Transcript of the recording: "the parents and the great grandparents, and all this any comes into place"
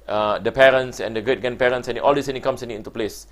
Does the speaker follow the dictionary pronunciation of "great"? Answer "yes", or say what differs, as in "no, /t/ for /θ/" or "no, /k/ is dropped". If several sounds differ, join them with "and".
no, /ɹ/ is dropped